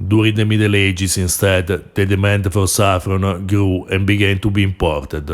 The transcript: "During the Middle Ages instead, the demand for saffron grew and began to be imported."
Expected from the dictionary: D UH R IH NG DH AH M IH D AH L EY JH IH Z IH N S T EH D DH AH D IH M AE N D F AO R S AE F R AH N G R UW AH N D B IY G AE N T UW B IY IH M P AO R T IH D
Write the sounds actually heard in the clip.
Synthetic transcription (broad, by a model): D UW R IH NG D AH M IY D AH L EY JH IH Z IH N S T EH D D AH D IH M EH N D F AO R S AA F R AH N G R UW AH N B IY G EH N T UW B IY M P AO R T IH D